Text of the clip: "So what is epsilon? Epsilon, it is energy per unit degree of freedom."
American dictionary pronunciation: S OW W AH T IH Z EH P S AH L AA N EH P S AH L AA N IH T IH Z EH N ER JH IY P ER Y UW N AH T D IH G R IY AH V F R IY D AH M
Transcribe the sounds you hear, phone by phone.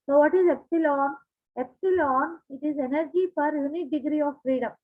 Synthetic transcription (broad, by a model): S OW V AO T IH Z EH P S AH L AA N EH P S AH L AA N IH T IH Z EH N ER JH IY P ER Y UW N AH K D IH G R IY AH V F R IY D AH M